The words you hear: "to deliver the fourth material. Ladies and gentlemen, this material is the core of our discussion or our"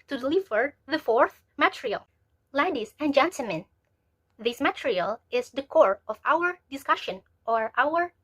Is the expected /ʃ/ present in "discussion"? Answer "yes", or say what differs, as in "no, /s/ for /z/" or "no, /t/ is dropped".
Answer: yes